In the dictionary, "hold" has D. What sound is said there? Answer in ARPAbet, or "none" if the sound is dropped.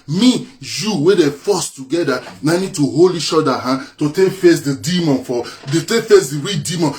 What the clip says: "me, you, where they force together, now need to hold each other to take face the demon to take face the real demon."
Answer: none